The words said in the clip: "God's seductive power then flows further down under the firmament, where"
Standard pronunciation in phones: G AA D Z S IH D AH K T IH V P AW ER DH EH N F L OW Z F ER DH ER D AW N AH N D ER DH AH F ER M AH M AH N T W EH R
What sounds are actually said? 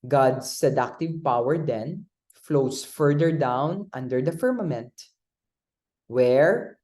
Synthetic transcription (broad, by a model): G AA D S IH D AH K T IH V P AW ER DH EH N F L OW S F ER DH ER D AW N AH N D ER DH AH F ER M AH M AH N T W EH R